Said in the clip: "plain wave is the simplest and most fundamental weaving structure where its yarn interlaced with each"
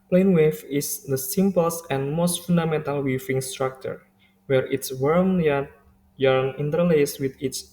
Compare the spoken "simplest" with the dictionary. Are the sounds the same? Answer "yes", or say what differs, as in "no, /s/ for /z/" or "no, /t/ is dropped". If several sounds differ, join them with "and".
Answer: no, /l/ is dropped